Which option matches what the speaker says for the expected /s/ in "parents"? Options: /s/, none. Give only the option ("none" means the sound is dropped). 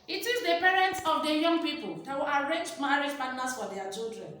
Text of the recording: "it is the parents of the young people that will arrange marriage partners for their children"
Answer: /s/